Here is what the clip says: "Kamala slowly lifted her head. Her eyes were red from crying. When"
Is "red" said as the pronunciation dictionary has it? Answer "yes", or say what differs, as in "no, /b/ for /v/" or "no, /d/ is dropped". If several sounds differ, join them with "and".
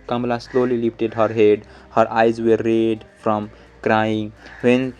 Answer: yes